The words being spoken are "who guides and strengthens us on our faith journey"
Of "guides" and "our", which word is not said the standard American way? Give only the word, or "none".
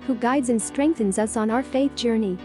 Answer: none